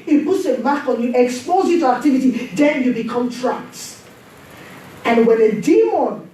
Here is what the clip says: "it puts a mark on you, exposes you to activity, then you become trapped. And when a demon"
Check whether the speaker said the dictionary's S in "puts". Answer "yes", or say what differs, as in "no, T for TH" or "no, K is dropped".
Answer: yes